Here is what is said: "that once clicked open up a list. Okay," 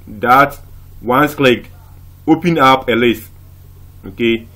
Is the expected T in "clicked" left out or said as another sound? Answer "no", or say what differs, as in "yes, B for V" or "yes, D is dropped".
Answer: yes, T is dropped